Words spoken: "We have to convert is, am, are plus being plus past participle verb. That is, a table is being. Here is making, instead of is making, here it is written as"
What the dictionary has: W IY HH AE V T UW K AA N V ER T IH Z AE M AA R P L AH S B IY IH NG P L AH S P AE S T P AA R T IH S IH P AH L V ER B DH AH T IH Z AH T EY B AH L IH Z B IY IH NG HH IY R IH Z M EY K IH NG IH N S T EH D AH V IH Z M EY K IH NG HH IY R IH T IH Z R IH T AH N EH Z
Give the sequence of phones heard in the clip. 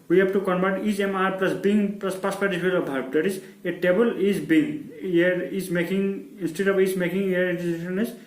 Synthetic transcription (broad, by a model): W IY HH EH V T UW K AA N B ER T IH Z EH M AA R P L AH S B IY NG P L AH S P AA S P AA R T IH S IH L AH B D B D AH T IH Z AH T EY B AH L IH Z B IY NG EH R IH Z M EY K IH NG IH N S T EH D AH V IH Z M EY K IH NG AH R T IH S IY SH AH N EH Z